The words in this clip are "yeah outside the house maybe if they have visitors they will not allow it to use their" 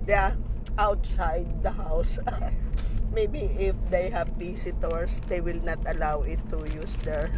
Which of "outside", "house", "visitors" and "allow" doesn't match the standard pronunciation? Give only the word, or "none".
visitors